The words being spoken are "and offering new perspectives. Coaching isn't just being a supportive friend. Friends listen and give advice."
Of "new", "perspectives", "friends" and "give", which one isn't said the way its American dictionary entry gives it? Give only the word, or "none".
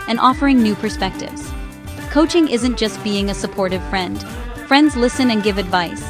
none